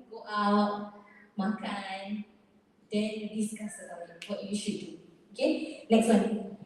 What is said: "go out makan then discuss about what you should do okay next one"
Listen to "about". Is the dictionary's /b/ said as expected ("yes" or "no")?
no